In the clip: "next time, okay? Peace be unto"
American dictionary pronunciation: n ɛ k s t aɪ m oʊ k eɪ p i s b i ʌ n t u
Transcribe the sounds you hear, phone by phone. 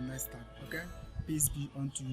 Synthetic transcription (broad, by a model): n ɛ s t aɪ oʊ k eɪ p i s b i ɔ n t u